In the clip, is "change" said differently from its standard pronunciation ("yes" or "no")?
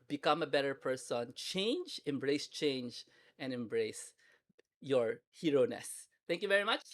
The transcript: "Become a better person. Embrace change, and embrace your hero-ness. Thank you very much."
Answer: no